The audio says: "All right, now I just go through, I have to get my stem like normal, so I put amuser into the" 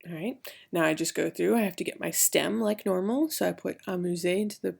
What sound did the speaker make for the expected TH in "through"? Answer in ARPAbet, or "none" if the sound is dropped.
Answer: TH